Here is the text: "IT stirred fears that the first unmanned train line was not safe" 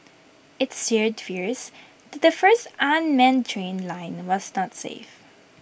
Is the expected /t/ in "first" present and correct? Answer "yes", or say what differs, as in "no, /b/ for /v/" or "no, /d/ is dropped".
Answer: yes